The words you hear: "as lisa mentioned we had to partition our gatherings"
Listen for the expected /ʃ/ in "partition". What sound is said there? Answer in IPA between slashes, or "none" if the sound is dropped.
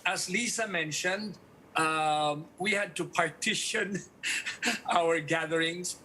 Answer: /ʃ/